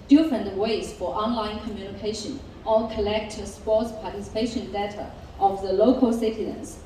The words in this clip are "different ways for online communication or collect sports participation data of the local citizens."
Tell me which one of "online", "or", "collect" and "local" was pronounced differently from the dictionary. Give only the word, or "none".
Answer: or